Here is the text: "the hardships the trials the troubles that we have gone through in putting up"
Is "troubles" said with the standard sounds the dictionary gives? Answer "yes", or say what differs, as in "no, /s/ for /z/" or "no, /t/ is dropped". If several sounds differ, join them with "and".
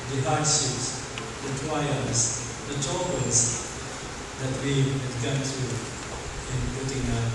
no, /ɹ/ is dropped